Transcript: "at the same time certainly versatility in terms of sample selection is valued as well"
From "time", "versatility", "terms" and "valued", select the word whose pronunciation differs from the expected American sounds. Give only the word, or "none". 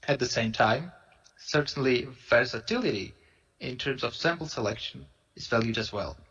none